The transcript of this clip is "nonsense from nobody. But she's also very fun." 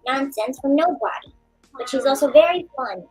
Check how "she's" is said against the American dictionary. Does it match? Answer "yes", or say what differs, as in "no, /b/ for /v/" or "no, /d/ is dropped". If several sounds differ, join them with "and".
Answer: yes